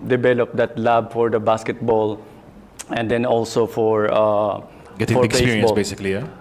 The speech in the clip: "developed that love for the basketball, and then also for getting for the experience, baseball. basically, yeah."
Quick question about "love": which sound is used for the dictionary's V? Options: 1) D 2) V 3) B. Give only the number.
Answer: 3